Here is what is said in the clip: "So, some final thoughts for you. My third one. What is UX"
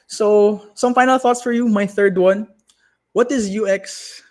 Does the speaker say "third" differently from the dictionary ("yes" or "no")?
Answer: no